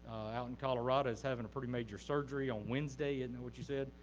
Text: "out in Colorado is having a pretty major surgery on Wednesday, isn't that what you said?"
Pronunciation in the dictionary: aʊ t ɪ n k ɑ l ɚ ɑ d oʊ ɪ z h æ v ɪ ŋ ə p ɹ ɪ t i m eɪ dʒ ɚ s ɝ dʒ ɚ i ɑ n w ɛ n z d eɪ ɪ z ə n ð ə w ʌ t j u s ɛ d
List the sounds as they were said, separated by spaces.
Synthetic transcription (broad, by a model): aʊ t n k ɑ l ɚ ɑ d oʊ ɪ z h æ v ɪ ŋ ə p ɹ ɪ t i m eɪ dʒ ɚ s ɝ dʒ ɚ i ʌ n w ɛ n z d eɪ ɪ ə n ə w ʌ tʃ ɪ s ɛ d